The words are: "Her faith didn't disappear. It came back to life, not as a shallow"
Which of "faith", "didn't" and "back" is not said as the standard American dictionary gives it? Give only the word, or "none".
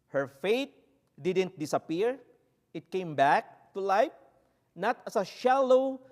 faith